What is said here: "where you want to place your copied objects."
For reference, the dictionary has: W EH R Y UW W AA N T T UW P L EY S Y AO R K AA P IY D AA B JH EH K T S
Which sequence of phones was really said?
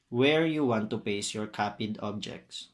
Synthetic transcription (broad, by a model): W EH R Y UW W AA N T T UW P EY S Y AO R K AA P IY D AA B JH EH K T S